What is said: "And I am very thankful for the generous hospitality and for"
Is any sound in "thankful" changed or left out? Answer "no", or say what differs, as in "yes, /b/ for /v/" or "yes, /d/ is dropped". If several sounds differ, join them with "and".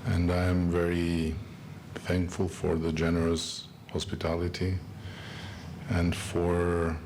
no